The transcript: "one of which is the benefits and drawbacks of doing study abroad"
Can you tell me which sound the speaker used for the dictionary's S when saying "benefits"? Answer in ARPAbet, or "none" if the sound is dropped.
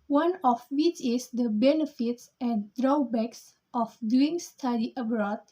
S